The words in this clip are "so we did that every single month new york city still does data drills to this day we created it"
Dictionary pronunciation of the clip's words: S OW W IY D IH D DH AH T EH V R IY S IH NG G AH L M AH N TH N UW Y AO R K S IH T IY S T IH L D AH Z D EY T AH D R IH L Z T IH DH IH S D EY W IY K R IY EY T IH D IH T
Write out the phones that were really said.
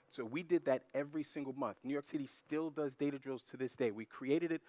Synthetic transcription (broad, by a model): S OW W IY D IH D DH AH T EH V R IY S IH NG G L M AH N TH N UW Y AO R K S IH T IY S T IH L D AH Z D EY T AH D R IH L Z T IH DH IH S D EY W IY K R IY EY T IH D IH T